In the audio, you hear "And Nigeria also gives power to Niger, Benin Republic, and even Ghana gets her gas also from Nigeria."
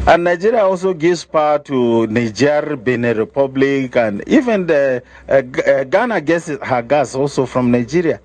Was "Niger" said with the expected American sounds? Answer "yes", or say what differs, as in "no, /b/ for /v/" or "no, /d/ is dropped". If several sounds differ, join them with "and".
yes